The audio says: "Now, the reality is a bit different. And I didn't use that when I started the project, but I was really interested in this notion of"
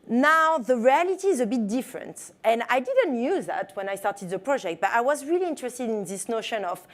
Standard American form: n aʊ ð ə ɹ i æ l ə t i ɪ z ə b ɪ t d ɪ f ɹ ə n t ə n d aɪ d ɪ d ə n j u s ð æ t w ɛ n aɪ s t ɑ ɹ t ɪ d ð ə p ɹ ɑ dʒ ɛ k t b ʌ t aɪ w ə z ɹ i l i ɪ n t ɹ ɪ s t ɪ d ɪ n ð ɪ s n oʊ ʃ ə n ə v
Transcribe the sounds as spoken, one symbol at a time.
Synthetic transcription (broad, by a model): n aʊ ð ə ɹ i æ l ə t i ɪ z ə b ɪ t d ɪ f ɹ ə n t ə n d aɪ d ɪ d ə n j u ð æ t w ɛ n aɪ s t ɑ ɹ t ɪ d ð ə p ɹ ɑ dʒ ɛ k t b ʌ t aɪ w ə z ɹ i l i ɪ n t ɹ ɪ s t ɪ d ɪ n ð ɪ s n oʊ ʃ ə n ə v